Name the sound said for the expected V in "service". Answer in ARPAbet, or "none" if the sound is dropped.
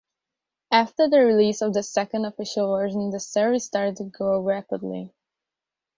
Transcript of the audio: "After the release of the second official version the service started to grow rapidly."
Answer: none